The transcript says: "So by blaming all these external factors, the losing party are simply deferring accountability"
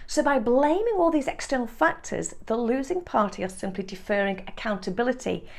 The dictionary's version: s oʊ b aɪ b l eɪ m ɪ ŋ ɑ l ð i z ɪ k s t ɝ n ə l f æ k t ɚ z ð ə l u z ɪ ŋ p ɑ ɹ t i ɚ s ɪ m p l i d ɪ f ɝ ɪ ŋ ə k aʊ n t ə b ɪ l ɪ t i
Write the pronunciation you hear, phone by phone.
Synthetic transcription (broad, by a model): s oʊ b aɪ b l eɪ m ɪ ŋ ɑ l ð i z ɪ k s t ɝ n ə l f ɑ k t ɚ z ð ə l u z ɪ ŋ p ɑ ɹ t i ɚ s ɪ m p l i d ɪ f ɝ ɪ ŋ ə k aʊ n t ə b ɪ l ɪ t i